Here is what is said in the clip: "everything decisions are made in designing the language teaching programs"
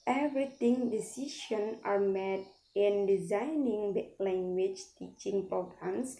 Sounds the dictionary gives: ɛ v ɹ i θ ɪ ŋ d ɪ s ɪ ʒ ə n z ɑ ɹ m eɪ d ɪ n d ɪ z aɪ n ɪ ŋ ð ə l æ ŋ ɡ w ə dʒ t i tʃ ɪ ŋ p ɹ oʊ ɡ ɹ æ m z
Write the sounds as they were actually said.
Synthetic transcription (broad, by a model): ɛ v ɹ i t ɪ ŋ d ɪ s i ʃ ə n ɑ ɹ m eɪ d ɪ n d ɪ z aɪ n ɪ ŋ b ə l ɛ ŋ ɡ w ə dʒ t i tʃ ɪ ŋ p ɹ oʊ ɡ ɹ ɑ m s